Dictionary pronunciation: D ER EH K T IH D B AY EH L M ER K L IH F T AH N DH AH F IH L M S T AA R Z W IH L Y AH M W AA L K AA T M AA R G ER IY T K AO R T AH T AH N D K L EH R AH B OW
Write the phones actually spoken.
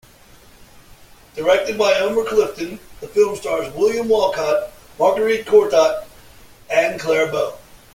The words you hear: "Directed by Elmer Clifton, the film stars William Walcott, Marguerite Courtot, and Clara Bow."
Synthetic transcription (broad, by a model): D ER EH K T IH D B AY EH M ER K L IH F T AH N DH AH F IH L M S T AA R Z W IH L Y AH M W AA L K AA T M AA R G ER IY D K AO R T AH T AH N K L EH R B OW